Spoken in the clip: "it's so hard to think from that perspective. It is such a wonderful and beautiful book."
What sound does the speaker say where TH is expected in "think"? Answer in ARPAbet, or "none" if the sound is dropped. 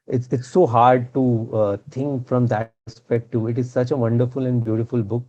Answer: T